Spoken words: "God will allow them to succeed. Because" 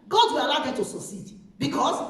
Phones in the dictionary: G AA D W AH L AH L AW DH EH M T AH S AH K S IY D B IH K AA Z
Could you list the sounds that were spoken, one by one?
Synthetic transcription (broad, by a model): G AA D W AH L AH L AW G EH T AH S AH S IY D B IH K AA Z